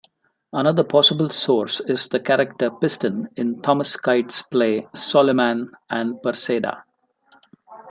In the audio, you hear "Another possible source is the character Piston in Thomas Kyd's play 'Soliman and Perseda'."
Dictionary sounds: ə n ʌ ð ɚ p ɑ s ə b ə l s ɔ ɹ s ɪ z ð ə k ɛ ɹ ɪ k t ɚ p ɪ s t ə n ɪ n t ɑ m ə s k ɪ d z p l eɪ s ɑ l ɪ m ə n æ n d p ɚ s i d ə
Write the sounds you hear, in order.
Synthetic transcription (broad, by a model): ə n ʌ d ɚ p ɑ s ə b ə l s ɔ ɹ s ɪ z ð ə k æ ɹ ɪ k t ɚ p ɪ s t ə n ɪ n t ɑ m ə s k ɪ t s p l eɪ s ɑ l ɪ m ə n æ n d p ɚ s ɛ d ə